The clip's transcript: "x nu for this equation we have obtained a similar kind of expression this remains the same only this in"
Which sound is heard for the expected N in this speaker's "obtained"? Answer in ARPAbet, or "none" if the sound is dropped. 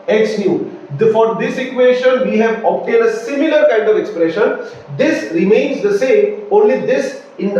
none